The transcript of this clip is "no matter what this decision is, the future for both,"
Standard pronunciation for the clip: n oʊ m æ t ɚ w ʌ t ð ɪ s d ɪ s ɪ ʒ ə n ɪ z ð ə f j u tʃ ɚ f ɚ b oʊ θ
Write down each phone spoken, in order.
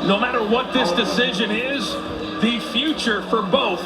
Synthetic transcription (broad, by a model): n oʊ m æ t ɚ w ʌ t ð ɪ s d ɪ s ɪ ʒ ə n ɪ z ð ə f j u tʃ ɚ f ɚ b oʊ θ